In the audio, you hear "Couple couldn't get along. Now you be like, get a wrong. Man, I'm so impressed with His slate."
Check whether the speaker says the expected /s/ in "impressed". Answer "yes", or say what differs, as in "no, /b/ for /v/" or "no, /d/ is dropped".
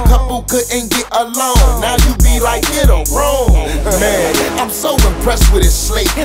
yes